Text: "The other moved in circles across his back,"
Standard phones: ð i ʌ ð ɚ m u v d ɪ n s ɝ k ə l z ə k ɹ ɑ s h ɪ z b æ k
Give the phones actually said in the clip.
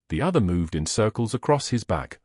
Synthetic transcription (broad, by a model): ð i ʌ ð ɚ m u v d ɪ n s ɝ k ə l z ə k ɹ ɑ s h ɪ z b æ k